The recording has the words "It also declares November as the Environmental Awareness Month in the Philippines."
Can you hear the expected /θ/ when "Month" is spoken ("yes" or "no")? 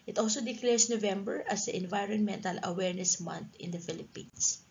no